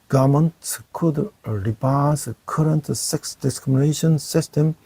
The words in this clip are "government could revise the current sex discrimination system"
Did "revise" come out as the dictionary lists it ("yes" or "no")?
no